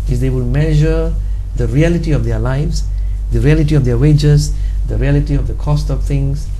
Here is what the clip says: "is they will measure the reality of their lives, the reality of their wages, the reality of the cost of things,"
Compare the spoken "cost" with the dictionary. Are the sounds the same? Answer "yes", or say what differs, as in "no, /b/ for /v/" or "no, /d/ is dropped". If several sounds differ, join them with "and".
yes